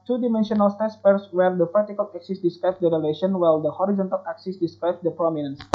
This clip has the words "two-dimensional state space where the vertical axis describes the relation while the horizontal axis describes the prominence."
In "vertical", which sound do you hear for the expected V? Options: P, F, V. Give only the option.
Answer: P